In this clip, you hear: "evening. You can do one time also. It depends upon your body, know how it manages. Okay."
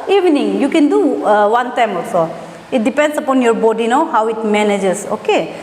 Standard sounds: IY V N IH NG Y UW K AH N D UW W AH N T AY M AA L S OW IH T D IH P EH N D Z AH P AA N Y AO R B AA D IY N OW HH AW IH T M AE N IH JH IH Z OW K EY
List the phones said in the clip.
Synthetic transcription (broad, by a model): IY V N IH NG Y UW K AH N D UW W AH N T AY M AA L S OW IH T D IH P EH N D S AH P AA N Y AO R B AA D IY N OW HH AW IH T M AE N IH JH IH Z OW K EY